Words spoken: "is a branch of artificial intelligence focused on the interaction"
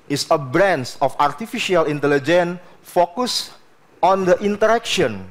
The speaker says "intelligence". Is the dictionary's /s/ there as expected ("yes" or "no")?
no